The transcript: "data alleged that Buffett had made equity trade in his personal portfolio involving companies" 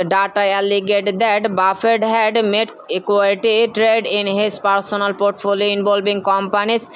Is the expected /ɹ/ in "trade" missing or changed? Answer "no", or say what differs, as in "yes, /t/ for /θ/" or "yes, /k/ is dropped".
no